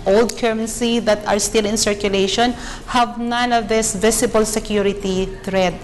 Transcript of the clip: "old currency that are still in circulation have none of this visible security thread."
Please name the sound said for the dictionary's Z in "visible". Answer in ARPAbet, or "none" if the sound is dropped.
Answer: S